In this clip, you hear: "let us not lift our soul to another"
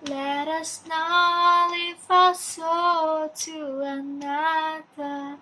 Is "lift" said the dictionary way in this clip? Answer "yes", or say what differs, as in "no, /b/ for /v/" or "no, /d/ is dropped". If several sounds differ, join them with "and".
no, /t/ is dropped